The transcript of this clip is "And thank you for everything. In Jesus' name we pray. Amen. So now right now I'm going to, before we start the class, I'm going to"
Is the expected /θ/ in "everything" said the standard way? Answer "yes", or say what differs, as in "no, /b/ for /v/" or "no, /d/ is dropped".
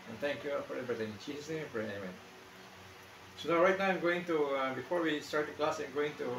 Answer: no, /t/ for /θ/